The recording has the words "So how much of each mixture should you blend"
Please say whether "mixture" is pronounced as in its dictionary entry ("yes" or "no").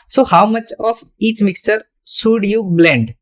yes